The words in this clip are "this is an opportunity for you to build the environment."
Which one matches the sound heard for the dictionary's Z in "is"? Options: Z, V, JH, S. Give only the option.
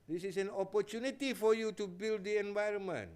S